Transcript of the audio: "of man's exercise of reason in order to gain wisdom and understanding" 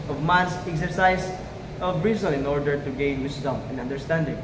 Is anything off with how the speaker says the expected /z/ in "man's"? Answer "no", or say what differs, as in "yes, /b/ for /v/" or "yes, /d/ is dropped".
yes, /s/ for /z/